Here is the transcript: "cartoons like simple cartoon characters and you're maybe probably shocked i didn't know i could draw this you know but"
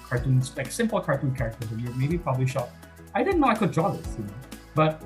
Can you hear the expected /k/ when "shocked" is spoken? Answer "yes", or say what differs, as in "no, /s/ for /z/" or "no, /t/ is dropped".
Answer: no, /k/ is dropped